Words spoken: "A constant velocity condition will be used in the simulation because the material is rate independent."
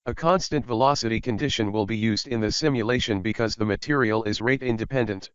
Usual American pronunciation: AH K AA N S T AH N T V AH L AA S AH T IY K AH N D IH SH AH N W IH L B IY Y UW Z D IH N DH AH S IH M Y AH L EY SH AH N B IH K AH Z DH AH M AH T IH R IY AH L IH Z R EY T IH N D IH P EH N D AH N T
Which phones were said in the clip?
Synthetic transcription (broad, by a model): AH K AA N S T AH N T V AH L AA S AH T IY K AH N D IH SH AH N W IH L B IY Y UW Z D IH N DH AH S IH M Y AH L EY SH AH N B IH K AH Z DH AH M AH T IH R IY AH L IH Z R EY T IH N D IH P EH N D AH N T